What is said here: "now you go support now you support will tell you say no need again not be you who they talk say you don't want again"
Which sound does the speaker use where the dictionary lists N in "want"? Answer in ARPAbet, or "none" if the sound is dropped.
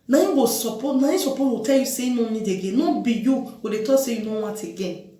none